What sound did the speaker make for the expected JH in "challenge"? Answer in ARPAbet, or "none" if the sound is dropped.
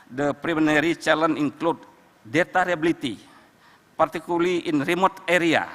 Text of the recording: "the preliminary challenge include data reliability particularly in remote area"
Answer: none